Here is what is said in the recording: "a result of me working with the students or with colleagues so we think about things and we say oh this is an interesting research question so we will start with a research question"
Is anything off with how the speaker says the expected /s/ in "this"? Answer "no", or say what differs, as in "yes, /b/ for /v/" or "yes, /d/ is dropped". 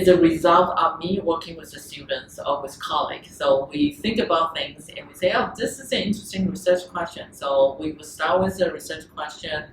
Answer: no